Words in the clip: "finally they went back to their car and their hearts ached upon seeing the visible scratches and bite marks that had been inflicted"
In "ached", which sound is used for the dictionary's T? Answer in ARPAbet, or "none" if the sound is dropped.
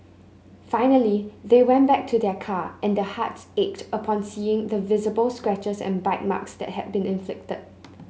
T